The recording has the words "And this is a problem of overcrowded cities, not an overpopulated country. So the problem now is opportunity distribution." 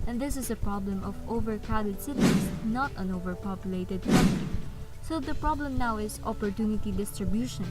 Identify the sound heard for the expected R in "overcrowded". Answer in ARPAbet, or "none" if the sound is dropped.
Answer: none